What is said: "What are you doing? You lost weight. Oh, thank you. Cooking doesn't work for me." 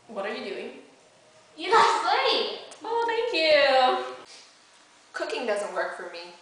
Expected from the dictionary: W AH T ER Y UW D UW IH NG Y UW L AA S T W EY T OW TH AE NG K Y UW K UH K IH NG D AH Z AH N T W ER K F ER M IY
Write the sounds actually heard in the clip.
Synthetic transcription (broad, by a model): W AH T ER Y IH D UW IH NG Y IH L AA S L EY OW TH AE NG K Y UW K UH K IH NG D AH Z AH N T W ER K F ER M IY